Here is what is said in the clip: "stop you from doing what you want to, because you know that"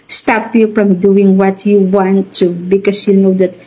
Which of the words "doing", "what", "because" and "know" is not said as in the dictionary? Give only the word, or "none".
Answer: because